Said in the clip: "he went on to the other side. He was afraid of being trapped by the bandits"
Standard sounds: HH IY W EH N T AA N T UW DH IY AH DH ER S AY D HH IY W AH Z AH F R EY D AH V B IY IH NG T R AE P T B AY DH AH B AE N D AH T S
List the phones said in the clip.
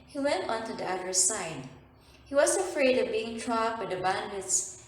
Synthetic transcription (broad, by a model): HH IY W EH N T AA N T UW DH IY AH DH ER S AY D HH IY W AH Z AH F R EY D AH V B IY IH NG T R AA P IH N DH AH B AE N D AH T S